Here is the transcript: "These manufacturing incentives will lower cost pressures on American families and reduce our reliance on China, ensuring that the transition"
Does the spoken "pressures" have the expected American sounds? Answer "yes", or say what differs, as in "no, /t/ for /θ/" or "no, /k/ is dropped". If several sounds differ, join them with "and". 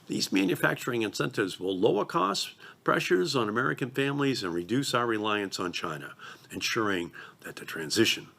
yes